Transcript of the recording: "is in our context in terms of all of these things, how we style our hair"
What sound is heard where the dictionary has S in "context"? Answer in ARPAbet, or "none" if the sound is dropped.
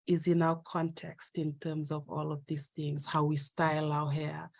S